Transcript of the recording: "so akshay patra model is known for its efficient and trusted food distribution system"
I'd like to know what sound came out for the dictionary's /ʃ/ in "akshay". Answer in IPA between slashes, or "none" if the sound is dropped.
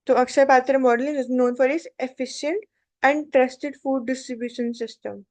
/s/